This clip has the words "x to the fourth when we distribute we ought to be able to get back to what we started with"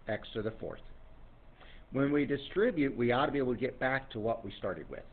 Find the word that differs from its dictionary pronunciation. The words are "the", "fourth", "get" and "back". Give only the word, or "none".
none